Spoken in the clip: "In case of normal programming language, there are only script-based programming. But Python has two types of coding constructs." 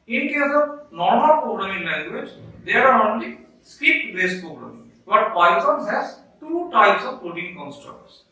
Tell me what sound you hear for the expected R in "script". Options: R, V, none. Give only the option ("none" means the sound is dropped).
none